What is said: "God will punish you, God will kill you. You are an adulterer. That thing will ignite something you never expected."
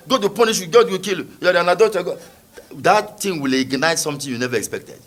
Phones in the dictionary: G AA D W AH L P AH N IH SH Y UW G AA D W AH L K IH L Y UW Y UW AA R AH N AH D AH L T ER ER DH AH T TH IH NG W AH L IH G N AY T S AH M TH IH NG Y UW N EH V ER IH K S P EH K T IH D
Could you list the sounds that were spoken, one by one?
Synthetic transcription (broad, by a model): G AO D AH P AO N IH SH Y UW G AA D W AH K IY L Y UW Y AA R AH N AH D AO T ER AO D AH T T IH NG W AH L IH G N AY T S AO M T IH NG Y UW N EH V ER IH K S P EH K T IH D